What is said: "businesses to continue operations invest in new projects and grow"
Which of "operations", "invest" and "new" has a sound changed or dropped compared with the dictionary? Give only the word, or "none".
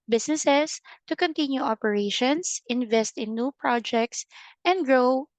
operations